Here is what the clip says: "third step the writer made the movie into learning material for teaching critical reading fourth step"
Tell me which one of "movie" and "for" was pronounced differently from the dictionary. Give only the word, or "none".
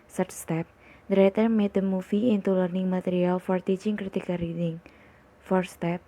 movie